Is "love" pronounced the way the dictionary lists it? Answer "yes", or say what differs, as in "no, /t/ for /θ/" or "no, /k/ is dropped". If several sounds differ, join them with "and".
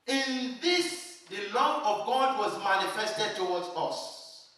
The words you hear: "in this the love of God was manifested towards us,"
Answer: no, /v/ is dropped